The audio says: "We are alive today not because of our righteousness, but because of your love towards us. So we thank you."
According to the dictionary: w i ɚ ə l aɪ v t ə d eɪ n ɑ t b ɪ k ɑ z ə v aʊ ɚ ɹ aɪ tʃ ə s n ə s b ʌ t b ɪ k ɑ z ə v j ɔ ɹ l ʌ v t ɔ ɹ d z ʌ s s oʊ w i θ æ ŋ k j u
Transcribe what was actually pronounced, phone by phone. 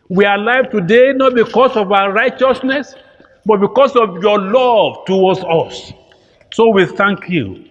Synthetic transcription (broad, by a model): w i ə l aɪ v t ə d eɪ n ɑ t b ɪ k ɑ s ə v aʊ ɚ ɹ aɪ tʃ ə s n ə s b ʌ t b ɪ k ɑ s ə v j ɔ l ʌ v t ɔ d s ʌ s s oʊ w i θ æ ŋ k j u